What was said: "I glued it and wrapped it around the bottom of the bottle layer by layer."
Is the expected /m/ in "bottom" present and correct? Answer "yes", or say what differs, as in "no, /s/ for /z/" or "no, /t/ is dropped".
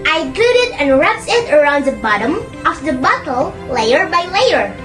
yes